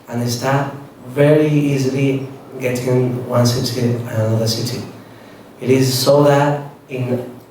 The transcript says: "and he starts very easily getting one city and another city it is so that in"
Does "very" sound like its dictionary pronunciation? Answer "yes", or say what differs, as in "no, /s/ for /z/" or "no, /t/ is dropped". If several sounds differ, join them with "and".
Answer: yes